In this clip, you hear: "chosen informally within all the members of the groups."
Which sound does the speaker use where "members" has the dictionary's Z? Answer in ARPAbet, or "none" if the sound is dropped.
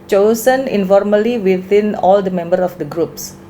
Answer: none